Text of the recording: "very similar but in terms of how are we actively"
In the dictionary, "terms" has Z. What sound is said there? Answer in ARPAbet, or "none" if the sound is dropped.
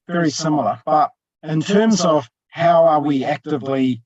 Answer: Z